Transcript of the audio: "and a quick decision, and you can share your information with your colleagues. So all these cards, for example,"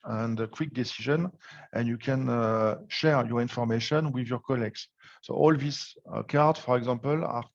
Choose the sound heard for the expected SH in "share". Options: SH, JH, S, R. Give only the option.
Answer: SH